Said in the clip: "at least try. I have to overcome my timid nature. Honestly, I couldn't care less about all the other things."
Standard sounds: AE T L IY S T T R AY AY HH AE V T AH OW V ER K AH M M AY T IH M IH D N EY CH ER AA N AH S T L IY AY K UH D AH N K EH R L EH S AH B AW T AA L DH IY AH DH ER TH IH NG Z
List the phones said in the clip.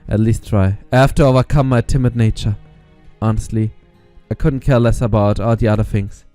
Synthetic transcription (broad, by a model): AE T L IY S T T R AY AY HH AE F T AH OW V ER K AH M M AY T IH M IH D N EY CH ER AA N AH S T L IY AY K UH D N K EH R L EH S AH B AW T AA L DH IY AH DH ER TH IH NG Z